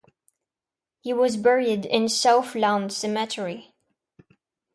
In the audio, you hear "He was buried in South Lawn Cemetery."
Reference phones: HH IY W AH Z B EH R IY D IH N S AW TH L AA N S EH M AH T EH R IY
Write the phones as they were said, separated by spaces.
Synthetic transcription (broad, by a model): HH IY W AH Z B EH R IY D IH N S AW F L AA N S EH M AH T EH R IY